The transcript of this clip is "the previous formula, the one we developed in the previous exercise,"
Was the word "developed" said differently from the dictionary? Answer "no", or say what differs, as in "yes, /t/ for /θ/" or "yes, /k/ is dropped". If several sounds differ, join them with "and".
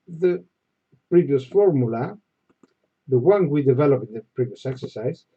yes, /t/ is dropped